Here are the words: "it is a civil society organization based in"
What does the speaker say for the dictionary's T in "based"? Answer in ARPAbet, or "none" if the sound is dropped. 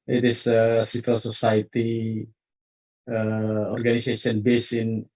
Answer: none